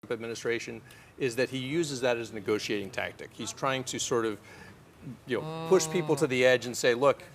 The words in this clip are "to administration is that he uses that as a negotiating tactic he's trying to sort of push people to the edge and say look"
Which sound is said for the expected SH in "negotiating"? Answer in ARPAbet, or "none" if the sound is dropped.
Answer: SH